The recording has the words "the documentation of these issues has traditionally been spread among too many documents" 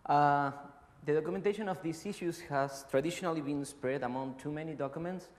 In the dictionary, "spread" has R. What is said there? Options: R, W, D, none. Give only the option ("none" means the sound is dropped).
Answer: R